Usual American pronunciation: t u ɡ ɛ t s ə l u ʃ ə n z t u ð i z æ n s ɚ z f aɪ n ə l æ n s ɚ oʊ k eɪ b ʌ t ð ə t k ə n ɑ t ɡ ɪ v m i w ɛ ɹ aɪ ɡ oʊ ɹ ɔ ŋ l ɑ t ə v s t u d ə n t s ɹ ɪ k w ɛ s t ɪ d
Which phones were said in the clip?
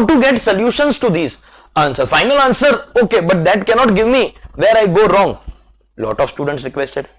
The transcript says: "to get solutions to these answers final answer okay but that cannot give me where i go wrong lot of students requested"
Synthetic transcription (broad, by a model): t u ɡ ɛ t s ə l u ʃ ə n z t u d i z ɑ n s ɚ f aɪ n ə l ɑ n s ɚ oʊ k eɪ b ʌ t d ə t k ə n ɑ t ɡ ɪ v m i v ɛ ɹ aɪ ɡ oʊ ɹ ɔ ŋ l ɑ t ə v s t u d ə n t s ɹ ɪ k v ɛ s t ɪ d